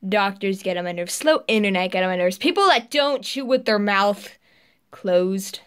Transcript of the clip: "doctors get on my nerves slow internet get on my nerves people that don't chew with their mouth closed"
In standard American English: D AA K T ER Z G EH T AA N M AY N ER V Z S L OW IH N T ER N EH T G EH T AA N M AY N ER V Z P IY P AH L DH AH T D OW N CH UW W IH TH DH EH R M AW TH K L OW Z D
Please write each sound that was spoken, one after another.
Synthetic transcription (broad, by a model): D AA K T ER Z G EH T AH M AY N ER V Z S L OW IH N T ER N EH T G EH T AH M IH N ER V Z P IY P L DH AH T D OW N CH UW W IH DH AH R M AW TH K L OW Z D